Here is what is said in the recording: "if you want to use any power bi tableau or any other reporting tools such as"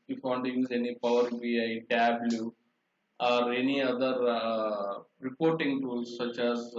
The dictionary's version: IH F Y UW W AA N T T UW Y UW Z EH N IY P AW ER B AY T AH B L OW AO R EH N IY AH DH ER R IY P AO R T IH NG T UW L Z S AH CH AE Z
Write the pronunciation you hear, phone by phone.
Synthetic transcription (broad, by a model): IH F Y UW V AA N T T UW Y UW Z EH N IY P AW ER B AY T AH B L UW AO R EH N IY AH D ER R IY P AO R T IH NG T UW Z S AH CH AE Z